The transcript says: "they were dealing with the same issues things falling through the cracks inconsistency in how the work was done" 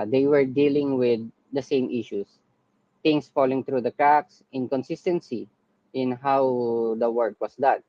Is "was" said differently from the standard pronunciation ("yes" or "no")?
yes